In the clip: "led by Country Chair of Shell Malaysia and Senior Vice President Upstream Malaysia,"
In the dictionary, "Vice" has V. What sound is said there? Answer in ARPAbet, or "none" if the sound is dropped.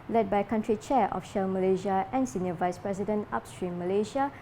V